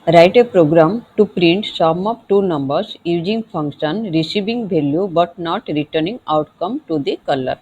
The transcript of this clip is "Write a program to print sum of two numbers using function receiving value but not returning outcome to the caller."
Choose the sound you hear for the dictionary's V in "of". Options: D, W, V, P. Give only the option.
P